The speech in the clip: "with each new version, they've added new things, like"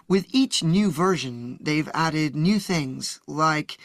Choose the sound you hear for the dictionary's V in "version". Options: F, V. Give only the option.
V